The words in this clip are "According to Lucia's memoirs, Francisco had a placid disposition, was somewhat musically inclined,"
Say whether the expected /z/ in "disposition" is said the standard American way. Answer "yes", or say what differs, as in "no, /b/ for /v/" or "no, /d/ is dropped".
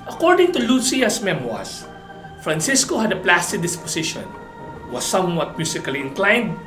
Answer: no, /s/ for /z/